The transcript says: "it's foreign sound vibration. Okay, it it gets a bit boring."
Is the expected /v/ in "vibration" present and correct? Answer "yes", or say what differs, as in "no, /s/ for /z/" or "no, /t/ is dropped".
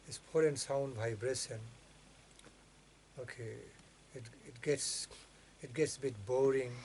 no, /b/ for /v/